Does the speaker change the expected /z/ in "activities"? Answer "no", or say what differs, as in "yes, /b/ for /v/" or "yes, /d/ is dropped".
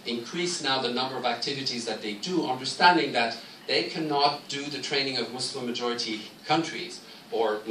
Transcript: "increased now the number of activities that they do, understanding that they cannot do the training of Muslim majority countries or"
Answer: no